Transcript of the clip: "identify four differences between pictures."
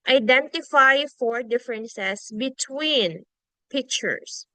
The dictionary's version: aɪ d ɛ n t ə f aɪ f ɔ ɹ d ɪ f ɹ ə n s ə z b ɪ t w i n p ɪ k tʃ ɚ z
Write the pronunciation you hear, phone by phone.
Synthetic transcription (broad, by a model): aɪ d ɛ n t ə f aɪ f ɔ ɹ d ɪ f ɹ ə n s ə s b ɪ t w i n p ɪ k tʃ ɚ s